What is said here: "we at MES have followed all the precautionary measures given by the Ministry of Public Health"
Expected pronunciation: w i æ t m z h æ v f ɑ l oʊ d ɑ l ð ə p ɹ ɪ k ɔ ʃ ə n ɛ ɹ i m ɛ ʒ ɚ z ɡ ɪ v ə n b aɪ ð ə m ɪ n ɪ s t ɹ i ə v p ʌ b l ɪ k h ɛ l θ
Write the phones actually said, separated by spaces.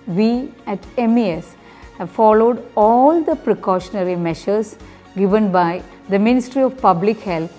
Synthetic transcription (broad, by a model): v i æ t m s h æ v f ɑ l oʊ d ɑ l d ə p ɹ ɪ k ɔ ʃ ə n ɛ ɹ i m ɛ ʃ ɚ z ɡ ɪ v ə n b aɪ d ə m ɪ n ɪ s t ɹ i ə v p ʌ b l ɪ k h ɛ l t